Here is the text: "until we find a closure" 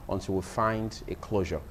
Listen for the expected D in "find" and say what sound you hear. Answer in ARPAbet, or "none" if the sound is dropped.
D